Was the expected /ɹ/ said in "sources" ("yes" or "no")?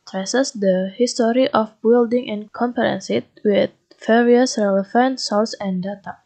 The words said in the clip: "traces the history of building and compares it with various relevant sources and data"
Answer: no